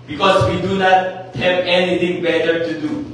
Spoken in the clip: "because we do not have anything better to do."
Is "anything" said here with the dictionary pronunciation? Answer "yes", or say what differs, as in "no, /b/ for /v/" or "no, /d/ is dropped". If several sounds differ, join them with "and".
no, /t/ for /θ/